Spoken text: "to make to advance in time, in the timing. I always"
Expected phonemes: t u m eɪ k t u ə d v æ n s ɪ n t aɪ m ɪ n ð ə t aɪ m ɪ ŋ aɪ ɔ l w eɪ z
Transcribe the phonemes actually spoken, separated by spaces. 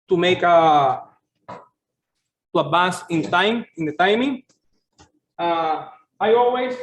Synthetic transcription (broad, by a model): t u m eɪ k t u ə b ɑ s ɪ n t aɪ m ɪ n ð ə t aɪ m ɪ ŋ aɪ ɔ l w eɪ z